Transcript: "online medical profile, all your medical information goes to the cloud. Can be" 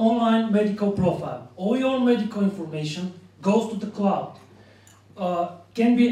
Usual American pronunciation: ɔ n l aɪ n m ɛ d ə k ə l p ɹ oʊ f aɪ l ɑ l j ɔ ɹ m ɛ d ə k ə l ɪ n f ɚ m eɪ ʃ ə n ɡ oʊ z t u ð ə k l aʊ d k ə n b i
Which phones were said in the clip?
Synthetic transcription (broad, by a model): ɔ n l aɪ n m ɛ d ə k ə l p ɹ oʊ f aɪ l ɑ l j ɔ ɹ m ɛ d ə k ə l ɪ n f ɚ m eɪ ʃ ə n ɡ oʊ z t u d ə k l aʊ d k ə n b i